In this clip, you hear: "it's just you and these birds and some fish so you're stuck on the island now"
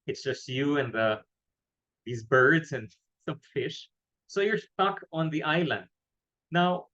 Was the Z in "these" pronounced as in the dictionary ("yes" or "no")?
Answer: yes